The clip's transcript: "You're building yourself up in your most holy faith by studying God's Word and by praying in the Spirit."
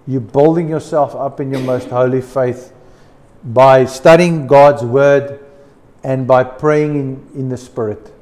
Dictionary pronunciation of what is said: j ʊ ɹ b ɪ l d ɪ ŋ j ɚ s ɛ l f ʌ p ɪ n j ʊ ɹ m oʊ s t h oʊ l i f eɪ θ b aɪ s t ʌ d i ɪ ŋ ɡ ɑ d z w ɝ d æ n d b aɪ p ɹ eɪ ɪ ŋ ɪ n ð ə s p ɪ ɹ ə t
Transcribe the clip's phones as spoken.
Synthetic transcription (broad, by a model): j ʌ b ɪ l d ɪ ŋ j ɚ s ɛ l f ʌ p ɪ n j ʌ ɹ m oʊ s t h oʊ l i f eɪ θ b aɪ s t ʌ d i ɪ ŋ ɡ ɑ d z w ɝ d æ n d b aɪ p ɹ eɪ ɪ ŋ ɪ n ð ə s p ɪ ɹ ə t